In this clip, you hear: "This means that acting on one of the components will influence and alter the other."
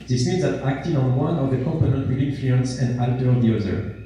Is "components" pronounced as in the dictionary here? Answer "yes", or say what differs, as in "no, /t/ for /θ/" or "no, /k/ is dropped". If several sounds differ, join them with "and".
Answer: no, /s/ is dropped